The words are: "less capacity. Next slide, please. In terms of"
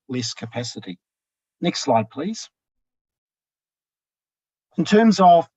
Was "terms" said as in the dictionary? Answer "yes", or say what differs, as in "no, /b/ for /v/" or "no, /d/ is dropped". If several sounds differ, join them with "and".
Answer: yes